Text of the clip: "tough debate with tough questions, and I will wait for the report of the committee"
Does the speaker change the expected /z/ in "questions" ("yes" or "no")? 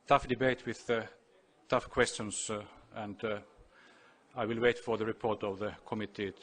yes